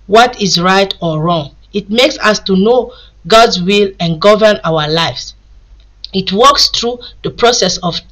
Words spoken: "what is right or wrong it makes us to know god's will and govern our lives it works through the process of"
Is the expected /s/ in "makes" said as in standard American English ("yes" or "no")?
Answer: yes